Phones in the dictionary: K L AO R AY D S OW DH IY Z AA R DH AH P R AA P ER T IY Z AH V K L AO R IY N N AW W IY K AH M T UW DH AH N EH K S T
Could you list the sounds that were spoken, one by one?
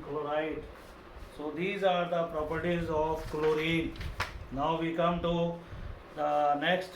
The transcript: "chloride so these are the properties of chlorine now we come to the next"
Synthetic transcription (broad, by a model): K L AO R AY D S OW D IY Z AA R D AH P R AA P ER T IY Z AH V K L AO R IY N N AW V IY K AH M T UW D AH N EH K S T